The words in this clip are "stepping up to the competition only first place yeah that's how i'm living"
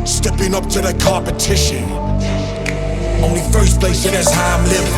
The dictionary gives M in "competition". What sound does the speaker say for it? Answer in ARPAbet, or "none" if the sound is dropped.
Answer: none